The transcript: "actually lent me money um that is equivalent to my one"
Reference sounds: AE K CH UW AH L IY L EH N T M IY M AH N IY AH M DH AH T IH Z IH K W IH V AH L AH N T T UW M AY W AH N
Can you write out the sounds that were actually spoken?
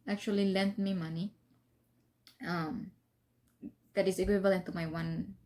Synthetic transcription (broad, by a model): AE K CH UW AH L IY L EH N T M IY M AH N IY AH M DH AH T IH S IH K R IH B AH L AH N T T UW M AY W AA N